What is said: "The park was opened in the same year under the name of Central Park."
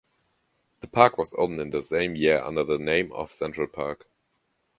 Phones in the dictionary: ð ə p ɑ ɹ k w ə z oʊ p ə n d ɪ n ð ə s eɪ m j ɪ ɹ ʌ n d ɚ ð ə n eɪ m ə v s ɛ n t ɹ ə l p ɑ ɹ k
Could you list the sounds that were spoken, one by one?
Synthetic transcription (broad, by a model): ð ə p ɑ ɹ k w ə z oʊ ə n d ɪ n ð ə s eɪ m j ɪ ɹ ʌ n d ɚ ð ə n eɪ m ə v s ɛ n t ɹ ə l p ɑ ɹ k